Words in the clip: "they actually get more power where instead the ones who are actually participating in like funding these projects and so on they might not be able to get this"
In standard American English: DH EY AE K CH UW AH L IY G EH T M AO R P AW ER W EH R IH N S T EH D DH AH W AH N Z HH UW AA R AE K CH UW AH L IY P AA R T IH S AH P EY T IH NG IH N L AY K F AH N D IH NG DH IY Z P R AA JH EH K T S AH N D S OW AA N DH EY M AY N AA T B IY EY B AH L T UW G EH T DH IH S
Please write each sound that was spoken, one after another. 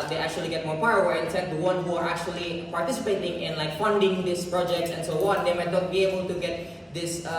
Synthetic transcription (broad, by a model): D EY AE K CH UW AH L IY G EH T M AO R P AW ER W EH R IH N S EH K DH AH W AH N HH UW AA R AE K CH UW AH L IY P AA R T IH S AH P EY T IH NG IH N L AY K F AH N D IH NG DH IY S P R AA JH EH K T S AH N S OW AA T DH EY M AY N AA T B IY EY B AH L T UW G EH T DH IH S